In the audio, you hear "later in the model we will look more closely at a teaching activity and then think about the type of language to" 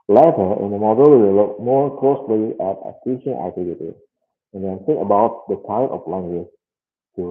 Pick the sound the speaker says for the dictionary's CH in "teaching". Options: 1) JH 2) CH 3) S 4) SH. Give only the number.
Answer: 4